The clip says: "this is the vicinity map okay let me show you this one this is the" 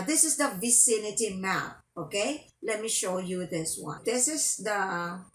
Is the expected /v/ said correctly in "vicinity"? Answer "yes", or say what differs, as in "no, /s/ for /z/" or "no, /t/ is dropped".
yes